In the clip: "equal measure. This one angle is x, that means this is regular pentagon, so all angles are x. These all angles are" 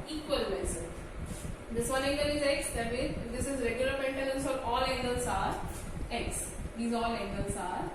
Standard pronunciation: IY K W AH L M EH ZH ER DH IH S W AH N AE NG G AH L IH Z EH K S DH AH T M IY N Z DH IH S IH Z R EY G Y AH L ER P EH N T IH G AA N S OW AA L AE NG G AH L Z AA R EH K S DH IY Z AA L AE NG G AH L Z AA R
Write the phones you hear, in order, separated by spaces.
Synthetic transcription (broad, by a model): IY K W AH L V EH S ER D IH S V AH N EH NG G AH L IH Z EH K S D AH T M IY Z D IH S IH Z R EY G Y AH L ER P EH N T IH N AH N S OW AA L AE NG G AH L S AA R EH K S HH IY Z AA L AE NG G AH L S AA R